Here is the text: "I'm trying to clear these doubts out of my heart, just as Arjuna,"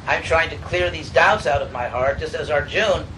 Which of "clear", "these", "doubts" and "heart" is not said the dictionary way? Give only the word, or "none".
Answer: none